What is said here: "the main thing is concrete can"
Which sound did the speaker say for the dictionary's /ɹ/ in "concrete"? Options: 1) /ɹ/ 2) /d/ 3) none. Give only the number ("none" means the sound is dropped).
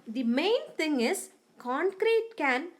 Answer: 1